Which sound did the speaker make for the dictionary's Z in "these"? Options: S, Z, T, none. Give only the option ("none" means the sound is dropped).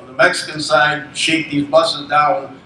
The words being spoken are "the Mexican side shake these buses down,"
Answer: Z